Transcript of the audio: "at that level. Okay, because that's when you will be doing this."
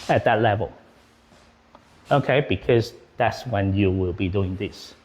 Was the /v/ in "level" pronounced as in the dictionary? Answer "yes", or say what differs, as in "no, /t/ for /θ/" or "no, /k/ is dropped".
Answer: yes